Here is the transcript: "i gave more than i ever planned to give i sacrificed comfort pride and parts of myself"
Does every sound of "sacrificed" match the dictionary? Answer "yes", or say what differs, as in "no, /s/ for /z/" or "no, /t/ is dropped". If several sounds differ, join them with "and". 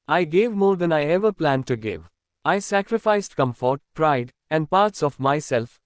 yes